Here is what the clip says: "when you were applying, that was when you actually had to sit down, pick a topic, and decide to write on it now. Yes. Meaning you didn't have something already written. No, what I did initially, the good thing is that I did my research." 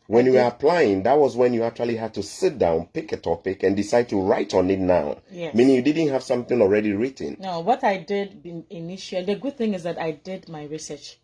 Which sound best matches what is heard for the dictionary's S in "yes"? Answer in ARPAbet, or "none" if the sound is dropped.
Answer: none